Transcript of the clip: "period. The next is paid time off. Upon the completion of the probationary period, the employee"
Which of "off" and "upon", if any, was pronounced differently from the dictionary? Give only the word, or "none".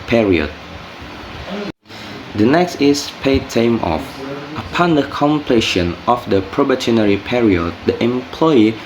none